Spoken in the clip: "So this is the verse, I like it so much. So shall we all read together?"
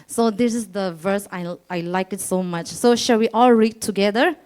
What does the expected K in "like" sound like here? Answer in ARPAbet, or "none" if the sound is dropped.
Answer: K